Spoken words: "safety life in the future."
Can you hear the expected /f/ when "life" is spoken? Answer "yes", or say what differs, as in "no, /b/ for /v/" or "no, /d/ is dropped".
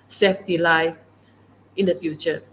no, /f/ is dropped